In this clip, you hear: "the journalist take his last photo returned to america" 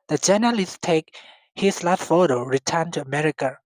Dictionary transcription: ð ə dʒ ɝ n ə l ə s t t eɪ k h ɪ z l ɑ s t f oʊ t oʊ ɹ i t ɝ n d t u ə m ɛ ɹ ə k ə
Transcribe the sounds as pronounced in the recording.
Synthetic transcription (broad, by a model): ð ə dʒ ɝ n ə l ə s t t eɪ k h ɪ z l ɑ t f oʊ t oʊ ɹ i t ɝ n t u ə m ɛ ɹ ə k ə